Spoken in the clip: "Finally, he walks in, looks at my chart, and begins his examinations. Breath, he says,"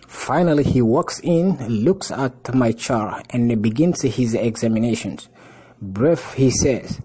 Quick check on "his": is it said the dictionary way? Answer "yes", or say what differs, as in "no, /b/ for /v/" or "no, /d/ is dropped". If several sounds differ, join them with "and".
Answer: yes